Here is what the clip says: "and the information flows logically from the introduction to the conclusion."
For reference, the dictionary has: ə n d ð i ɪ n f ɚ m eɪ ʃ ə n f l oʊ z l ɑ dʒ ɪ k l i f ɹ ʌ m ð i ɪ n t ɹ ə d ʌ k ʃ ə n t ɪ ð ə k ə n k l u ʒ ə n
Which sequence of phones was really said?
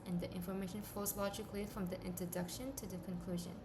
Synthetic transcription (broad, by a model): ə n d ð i ɪ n f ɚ m eɪ ʃ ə n f oʊ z l ɑ dʒ ɪ k l i f ɹ ʌ m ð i ɪ n t ɹ ə d ʌ k ʃ ə n t ɪ ð ə k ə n k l u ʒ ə n